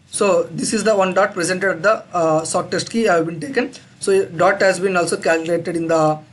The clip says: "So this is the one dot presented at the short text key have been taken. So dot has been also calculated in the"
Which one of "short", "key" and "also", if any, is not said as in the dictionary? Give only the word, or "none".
short